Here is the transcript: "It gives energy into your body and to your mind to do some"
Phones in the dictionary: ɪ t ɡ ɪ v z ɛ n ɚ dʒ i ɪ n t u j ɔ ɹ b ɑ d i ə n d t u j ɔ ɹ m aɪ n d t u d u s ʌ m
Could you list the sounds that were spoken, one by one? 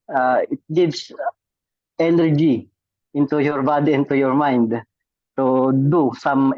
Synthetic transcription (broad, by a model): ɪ t ɡ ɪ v s ɛ n ɚ dʒ i ɪ n t u j ɔ ɹ b ɑ d i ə n t u j ɔ ɹ m aɪ n d t u d u s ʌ m